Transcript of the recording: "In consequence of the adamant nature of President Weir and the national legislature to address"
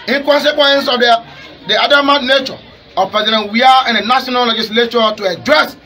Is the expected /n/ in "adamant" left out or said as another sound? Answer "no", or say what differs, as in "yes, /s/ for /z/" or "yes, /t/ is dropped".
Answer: yes, /n/ is dropped